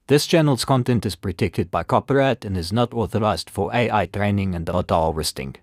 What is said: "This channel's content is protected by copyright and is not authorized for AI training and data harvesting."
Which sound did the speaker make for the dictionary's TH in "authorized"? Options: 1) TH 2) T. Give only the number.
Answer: 1